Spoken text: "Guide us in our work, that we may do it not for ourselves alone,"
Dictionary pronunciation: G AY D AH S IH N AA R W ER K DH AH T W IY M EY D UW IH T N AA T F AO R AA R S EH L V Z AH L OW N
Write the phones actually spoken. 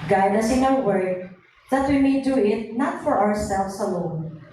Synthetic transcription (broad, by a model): G AY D AH S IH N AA W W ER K DH AH T W IY M EY D UW IH T N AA T F AO R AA R S EH L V S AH L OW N